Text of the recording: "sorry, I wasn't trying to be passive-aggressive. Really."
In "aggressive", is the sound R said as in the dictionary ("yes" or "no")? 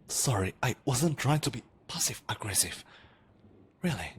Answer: yes